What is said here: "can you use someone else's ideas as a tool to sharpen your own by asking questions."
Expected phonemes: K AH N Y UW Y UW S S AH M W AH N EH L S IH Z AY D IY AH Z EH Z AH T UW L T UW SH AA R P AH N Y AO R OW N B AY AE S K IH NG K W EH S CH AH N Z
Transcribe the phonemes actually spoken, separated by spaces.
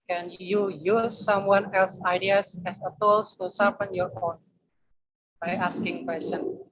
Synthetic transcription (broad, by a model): K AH N Y UW Y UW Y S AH M W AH N EH L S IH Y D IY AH S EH S AH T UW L T UW S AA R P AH N Y AO R OW N B AY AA S K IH NG K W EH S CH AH N